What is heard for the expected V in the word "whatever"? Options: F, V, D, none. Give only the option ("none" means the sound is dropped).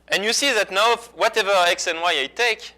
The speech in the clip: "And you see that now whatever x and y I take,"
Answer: V